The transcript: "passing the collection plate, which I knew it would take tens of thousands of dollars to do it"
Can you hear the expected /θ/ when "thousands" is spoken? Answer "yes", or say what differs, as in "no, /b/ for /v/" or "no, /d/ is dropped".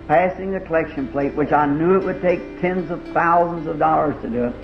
yes